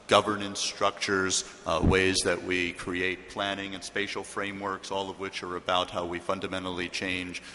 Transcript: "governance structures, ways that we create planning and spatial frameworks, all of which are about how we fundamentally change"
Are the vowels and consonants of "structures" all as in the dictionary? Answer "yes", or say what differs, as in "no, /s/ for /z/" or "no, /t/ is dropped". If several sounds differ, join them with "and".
yes